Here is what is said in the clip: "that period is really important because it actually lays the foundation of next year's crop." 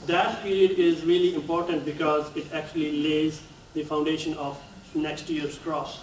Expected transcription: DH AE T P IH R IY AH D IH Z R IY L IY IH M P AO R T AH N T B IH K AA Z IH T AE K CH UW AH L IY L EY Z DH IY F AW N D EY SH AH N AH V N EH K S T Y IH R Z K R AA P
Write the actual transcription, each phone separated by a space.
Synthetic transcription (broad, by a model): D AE T P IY R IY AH D IH Z R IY L IY IH M P AO R T AH N T B IH K AA Z IH T AE K CH UW AH L IY L EY Z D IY F AW N D EY SH AH N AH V N EH K S T Y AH R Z K R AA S